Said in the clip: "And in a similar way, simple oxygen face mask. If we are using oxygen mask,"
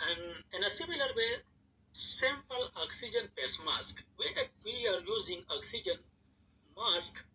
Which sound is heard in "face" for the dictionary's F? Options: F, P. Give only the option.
P